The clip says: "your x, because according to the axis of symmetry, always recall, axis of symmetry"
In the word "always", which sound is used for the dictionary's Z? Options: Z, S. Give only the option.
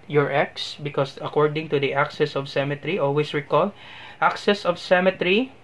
S